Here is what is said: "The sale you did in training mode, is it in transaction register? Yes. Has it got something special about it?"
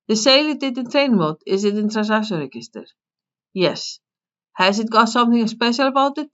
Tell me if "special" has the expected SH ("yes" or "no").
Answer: yes